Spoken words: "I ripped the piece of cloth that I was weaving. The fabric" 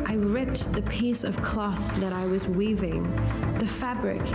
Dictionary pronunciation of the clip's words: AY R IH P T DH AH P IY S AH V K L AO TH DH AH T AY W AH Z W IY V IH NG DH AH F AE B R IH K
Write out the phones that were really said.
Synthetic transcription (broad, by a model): AY R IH P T DH AH P IY S AH V K L AO TH DH AH T AY W AH Z W IY V IH NG DH AH F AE B R IH K